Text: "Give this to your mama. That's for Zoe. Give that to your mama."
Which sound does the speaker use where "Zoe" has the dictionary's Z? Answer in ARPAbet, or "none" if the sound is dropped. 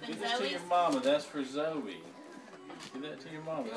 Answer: Z